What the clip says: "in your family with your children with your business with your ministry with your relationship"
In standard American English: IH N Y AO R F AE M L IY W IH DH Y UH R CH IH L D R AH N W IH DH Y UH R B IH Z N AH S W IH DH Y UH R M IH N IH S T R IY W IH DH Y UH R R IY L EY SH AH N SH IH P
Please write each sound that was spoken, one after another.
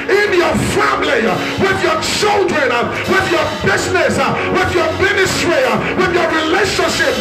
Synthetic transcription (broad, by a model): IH N Y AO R F AE M L IY W IH DH Y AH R CH IH L D R AH N W IH DH Y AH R B IH Z N AH S W IH DH Y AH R M IH N IH S T R IY W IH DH Y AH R R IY L EY SH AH N SH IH P